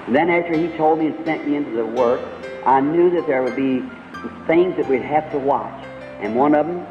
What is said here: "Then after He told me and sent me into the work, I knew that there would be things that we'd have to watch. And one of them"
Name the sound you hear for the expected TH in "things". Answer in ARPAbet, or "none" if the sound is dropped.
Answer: TH